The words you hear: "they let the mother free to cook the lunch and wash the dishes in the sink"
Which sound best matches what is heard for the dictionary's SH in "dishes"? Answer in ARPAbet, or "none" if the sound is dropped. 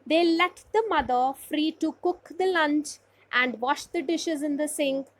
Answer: SH